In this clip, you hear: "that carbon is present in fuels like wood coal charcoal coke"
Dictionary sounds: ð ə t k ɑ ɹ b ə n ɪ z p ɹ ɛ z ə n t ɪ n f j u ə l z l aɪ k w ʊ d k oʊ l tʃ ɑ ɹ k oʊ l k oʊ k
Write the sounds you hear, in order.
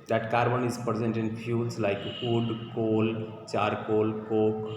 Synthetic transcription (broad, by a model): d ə t k ɑ ɹ b ə n ɪ z p ɹ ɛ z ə n t ɪ n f j u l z l aɪ k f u d k oʊ l tʃ ɑ ɹ k oʊ l k oʊ k